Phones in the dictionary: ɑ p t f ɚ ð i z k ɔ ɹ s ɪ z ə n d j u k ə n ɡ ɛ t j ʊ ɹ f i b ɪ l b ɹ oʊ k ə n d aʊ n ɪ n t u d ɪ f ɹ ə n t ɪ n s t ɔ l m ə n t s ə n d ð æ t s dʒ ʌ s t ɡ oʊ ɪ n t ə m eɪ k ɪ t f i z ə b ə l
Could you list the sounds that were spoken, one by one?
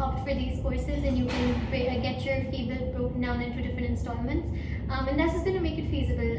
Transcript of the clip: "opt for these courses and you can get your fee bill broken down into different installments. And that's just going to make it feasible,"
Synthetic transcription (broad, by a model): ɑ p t f ɚ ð i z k ɔ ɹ s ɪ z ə n j u k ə n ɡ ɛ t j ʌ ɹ f i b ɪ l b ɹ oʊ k n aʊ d ɪ n t u d ɪ f ɹ ə n t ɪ n s t ɔ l m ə n t s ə n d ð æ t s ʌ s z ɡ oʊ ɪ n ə m eɪ k ɪ t f i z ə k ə l